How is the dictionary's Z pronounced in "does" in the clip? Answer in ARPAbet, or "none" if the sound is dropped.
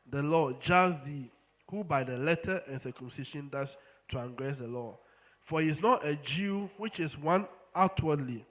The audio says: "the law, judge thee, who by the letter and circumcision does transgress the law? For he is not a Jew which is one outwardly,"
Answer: S